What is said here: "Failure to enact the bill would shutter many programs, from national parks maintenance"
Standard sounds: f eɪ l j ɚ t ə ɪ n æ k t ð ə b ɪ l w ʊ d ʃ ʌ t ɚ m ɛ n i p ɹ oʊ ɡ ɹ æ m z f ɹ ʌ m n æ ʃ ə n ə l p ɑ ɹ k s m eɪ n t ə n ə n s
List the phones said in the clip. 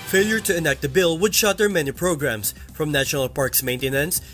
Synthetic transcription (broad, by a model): f eɪ l j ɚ t ə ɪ n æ k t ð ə b ɪ l w ʊ d ʃ ʌ t ɚ m ɛ n i p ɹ oʊ ɡ ɹ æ m s f ɹ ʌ m n æ ʃ ə n ə l p ɑ ɹ k s m eɪ n t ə n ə n s